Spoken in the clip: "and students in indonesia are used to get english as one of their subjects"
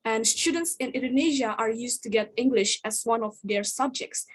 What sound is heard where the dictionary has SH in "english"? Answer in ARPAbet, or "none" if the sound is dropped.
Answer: SH